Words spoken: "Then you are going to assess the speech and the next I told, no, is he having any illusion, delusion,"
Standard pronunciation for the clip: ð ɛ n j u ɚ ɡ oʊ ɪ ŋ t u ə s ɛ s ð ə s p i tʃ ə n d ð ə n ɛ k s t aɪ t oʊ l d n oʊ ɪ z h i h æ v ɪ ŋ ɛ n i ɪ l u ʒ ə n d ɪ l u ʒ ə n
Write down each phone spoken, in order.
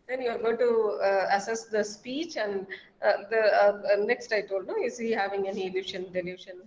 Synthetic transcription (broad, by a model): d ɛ n j u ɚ ɡ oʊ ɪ t u ə s ɛ s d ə s p i tʃ ə n d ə n ɛ k s t aɪ t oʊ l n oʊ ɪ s i h æ v ɪ ŋ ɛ n i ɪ i ʃ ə n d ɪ l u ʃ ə n